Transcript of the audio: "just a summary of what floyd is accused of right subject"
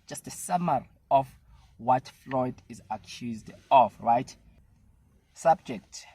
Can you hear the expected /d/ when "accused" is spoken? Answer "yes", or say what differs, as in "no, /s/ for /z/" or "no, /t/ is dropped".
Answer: yes